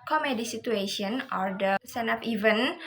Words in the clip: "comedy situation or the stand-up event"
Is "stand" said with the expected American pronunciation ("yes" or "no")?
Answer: no